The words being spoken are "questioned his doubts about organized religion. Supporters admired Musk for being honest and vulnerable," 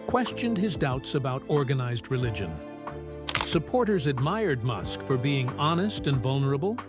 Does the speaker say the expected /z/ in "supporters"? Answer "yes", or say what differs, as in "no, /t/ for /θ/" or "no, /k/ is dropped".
yes